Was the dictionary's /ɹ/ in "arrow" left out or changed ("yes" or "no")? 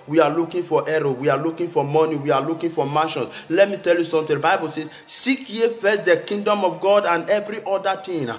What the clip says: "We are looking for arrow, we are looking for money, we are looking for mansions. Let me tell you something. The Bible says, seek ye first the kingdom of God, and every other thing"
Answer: no